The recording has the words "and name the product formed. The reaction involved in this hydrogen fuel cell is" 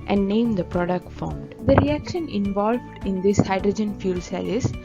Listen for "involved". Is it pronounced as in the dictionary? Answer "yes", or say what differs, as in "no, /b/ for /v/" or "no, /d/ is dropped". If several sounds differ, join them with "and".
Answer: yes